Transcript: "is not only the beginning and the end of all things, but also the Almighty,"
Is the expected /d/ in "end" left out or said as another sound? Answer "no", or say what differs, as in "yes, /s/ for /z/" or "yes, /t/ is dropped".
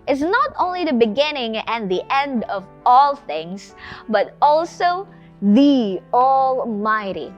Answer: no